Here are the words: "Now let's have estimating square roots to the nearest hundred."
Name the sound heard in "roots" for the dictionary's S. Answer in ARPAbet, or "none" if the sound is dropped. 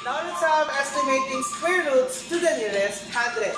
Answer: S